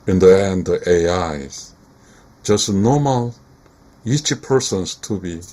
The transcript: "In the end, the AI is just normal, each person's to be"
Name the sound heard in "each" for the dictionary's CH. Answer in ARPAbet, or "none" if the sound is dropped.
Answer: CH